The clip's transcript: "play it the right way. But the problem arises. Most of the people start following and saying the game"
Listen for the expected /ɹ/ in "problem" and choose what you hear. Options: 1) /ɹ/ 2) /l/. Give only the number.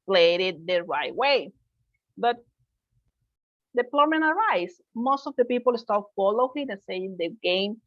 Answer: 2